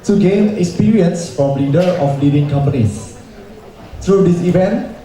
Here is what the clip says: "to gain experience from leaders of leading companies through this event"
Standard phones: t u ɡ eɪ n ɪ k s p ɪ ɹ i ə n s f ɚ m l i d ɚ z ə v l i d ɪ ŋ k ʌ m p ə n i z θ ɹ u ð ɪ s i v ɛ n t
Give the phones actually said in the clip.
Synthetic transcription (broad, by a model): t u ɡ eɪ n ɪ k s p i ɹ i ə n s f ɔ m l i d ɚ ə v l i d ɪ ŋ k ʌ m p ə n i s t ɹ u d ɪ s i v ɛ n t